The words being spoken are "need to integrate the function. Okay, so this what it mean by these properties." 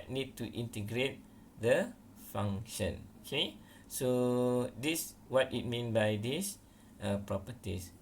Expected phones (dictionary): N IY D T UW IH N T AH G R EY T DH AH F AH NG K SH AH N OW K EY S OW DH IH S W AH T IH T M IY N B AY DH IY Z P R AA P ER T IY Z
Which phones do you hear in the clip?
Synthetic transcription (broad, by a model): N IY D T UW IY N T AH G R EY T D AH F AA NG SH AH N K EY S OW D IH S W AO T IH T M IY N B AY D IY S P R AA P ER T IY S